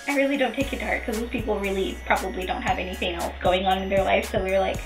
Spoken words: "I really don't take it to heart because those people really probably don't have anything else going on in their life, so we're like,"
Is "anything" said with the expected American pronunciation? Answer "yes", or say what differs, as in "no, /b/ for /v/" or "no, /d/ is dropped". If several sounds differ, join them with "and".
yes